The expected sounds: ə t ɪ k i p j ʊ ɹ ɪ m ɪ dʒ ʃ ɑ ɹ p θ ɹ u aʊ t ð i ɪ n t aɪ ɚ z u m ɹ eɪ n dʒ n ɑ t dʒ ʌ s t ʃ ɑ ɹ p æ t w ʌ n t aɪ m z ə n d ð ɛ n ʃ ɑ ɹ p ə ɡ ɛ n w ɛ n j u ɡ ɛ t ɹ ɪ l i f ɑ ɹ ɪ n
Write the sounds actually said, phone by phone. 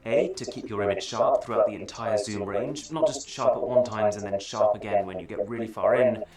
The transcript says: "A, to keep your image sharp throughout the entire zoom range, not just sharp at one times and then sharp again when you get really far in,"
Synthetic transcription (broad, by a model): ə t ɪ k i p j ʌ ɹ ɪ m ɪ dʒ ʃ ɑ ɹ p θ ɹ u aʊ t ð i ɪ n t aɪ ɚ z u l ɹ eɪ n dʒ n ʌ t dʒ ʌ s t ʃ ɑ ɹ p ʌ t w ʌ n t aɪ m z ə n ð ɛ n ʃ ɑ ɹ p ə ɡ ɛ n w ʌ n j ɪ ɡ ɛ t ɹ ɪ l i f ɑ ɹ ɪ n